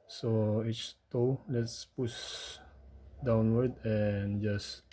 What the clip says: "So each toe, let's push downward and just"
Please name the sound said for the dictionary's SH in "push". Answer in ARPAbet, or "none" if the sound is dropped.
S